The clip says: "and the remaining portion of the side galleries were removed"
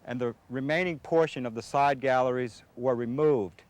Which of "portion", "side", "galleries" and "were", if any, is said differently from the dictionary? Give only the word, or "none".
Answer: none